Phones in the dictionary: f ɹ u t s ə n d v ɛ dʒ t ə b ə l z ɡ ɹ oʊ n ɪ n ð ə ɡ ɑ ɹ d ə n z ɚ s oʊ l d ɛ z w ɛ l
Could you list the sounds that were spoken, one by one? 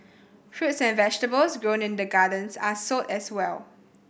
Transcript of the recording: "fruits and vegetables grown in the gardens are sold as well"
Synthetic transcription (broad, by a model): f ɹ u t s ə n v ɛ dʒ t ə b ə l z ɡ ɹ oʊ n ɪ n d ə ɡ ɑ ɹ d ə n s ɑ s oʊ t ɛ s w ɛ l